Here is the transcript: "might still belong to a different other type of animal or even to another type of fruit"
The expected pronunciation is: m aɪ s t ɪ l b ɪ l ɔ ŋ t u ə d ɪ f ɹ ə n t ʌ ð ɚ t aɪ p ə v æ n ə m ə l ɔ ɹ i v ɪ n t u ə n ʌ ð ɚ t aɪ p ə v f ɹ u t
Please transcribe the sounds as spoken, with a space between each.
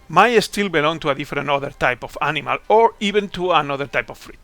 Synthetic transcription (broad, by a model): m aɪ s t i l b ɪ l ɔ ŋ t u ə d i f ɹ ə n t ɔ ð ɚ t aɪ p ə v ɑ n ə m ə l ɔ ɹ i b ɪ n t u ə n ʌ ð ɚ t aɪ p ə f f ɹ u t